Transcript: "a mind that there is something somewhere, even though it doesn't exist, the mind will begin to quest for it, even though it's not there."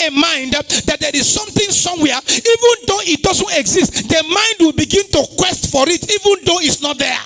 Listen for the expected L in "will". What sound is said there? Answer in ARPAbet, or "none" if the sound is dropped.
L